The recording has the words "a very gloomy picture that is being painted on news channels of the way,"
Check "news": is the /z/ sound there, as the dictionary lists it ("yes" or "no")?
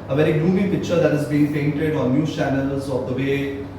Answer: no